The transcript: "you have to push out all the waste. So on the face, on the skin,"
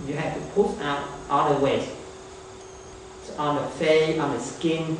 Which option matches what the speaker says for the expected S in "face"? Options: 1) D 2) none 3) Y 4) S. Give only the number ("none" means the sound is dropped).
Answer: 2